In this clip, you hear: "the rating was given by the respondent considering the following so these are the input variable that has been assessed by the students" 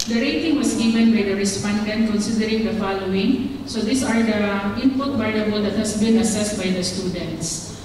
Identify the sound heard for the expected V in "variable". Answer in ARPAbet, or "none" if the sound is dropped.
B